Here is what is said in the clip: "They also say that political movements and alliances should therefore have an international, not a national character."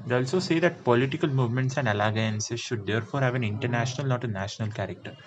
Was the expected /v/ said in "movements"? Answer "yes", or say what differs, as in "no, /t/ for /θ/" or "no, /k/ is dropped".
yes